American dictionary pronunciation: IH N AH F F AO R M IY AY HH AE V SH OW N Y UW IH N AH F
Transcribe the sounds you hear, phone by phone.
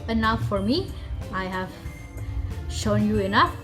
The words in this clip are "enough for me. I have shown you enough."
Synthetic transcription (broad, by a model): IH N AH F F AO R M IY AY HH AE V SH OW N Y UW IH N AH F